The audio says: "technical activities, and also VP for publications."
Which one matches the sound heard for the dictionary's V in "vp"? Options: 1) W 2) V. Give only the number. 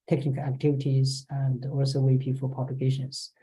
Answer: 1